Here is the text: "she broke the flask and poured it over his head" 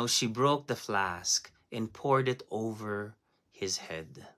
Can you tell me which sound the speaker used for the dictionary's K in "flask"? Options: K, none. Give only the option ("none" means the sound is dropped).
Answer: K